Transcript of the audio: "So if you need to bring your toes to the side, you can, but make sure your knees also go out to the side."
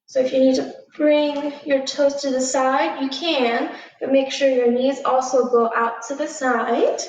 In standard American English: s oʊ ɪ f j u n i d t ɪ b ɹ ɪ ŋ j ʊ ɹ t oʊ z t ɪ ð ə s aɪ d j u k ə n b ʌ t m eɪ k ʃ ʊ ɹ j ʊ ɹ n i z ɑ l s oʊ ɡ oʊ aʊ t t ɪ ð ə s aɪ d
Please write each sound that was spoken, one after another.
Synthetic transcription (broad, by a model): s oʊ ɪ f j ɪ n i d t ɪ b ɹ ɪ ŋ j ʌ ɹ t oʊ s t ɪ ð ə s aɪ d j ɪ k ə n b ʌ t m eɪ k ʃ ʊ ɹ j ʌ ɹ n i z ɑ l s oʊ ɡ oʊ aʊ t t ɪ ð ə s aɪ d